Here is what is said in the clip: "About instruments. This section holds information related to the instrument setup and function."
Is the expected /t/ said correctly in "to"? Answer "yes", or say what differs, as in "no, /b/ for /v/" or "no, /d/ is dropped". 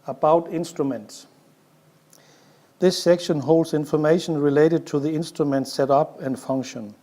yes